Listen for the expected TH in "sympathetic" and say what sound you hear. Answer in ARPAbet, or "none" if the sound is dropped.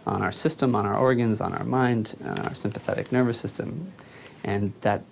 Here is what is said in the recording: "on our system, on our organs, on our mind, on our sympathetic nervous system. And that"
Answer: TH